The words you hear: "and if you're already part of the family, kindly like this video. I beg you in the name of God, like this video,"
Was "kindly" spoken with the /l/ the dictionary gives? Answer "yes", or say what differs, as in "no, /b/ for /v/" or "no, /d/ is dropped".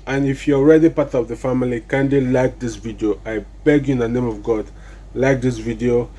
no, /l/ is dropped